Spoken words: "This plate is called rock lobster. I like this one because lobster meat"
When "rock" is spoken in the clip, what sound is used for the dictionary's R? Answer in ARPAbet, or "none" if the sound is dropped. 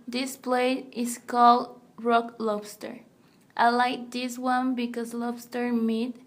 R